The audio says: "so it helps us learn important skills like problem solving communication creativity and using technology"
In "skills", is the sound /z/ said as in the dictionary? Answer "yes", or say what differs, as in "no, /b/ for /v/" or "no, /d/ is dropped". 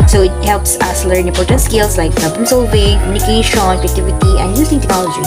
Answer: no, /s/ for /z/